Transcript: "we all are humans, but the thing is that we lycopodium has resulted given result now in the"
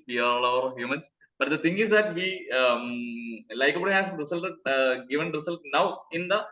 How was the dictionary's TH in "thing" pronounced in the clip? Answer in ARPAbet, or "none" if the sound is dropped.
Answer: T